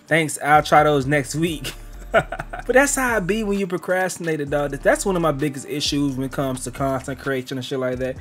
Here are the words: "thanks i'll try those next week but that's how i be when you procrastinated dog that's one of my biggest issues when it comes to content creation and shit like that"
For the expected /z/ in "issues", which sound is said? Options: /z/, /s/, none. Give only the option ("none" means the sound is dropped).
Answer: /z/